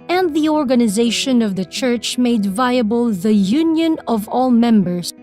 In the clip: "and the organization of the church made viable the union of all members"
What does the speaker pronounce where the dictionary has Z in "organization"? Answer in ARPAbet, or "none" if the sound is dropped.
Z